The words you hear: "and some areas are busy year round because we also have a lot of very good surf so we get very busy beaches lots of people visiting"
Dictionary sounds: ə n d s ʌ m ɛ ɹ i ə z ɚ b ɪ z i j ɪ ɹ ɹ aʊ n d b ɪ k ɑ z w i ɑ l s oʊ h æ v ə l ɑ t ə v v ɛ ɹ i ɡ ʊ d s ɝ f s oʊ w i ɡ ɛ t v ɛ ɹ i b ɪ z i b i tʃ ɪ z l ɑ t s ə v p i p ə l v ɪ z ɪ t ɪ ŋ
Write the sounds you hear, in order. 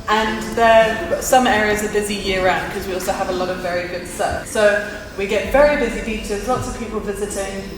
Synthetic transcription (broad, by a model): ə n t s ʌ m ɛ ɹ i ə z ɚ b ɪ z i j ɪ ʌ ɹ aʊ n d k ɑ z w i ɑ l s oʊ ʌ v ə l ɑ t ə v v ɛ ɹ i ɡ ʊ d s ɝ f s oʊ w i ɡ ɛ t v ɛ ɹ i b ɪ z i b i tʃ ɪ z l ɑ t s ə v p i p ə l v ɪ z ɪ t ɪ ŋ